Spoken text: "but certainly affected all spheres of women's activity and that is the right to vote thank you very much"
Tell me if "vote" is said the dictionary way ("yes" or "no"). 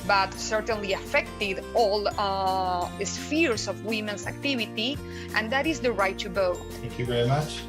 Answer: no